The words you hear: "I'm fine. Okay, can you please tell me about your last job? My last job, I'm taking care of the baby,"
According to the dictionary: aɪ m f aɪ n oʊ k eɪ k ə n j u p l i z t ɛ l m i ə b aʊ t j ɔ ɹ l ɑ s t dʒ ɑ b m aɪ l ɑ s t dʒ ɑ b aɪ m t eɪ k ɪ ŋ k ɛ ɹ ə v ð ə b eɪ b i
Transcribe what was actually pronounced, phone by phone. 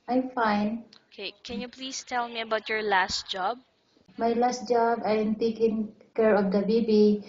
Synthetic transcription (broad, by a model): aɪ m f aɪ n oʊ k eɪ k ə n j u p l i s t ɛ l m i ə b aʊ t j ɔ ɹ l ɑ s t dʒ ɑ b m aɪ l ɑ s t dʒ ɑ b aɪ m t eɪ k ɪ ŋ k ɛ ɹ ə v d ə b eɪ b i